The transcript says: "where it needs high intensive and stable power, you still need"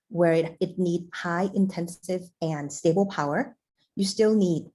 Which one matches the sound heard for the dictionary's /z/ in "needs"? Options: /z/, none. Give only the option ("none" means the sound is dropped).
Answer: none